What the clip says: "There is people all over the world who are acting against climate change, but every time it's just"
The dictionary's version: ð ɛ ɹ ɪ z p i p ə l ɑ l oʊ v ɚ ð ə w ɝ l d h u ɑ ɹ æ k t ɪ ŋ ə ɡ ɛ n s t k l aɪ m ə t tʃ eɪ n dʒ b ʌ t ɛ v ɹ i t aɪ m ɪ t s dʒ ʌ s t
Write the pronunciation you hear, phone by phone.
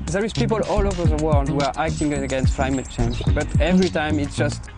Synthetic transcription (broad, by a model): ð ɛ ɹ ɪ z p i p ə l ɑ l oʊ v ɚ ð ə w ɝ l d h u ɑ ɹ æ k t ɪ ŋ ə ɡ ɛ n s t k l aɪ m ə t tʃ eɪ n dʒ b ʌ t ɛ v ɹ i t aɪ m ɪ t s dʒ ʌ s t